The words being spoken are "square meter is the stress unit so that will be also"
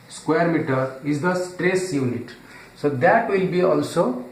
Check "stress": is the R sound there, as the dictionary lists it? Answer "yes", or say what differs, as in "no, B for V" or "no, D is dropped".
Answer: yes